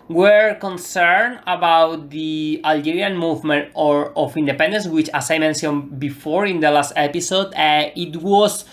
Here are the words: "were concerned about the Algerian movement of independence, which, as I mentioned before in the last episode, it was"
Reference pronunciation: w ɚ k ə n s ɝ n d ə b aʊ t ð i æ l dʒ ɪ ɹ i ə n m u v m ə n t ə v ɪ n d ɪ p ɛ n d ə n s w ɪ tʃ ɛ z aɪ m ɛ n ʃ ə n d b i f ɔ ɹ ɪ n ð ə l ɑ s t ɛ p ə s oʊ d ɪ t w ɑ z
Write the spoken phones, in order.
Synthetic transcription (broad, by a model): w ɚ k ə n s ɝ n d ə b aʊ t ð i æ l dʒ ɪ ɹ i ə n m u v m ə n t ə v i n d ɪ p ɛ n d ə n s w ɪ tʃ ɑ s aɪ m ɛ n s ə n b i f ɔ ɹ ɪ n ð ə l ɑ s t ɛ p ə s oʊ d ɪ t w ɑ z